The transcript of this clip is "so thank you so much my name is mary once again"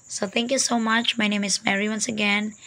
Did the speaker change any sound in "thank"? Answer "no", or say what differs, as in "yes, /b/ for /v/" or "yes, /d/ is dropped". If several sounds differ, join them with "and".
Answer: yes, /t/ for /θ/